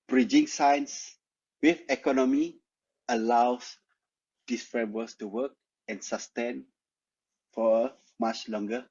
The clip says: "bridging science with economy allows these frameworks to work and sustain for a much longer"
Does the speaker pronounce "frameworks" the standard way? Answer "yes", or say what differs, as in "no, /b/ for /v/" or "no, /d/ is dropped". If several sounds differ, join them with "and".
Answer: no, /k/ is dropped